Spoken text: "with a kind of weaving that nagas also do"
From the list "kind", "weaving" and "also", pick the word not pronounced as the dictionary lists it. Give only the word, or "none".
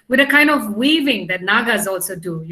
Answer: none